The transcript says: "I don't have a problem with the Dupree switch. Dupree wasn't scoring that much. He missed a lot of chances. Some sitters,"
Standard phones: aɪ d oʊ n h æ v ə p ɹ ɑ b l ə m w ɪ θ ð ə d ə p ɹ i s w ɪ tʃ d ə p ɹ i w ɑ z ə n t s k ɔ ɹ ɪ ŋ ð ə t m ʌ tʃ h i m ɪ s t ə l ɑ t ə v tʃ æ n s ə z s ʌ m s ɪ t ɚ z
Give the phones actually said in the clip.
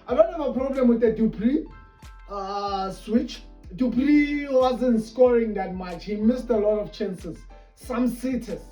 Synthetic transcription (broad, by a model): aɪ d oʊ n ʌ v ə p ɹ ɑ b l ə m w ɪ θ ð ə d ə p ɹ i s w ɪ tʃ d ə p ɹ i w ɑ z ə n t s k ɔ ɹ ɪ ŋ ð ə t m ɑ tʃ h i m ɪ s t ə l ɑ t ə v tʃ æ n s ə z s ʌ m s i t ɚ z